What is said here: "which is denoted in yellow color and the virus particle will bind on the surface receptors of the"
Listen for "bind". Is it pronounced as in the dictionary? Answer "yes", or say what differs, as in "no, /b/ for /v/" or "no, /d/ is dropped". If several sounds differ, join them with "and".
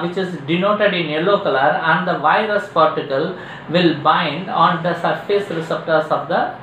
yes